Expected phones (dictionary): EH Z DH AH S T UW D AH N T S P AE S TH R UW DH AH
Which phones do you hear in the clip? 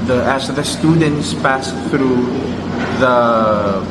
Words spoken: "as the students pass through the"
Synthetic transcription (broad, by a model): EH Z DH AH S T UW D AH N T S P AE S TH R UW DH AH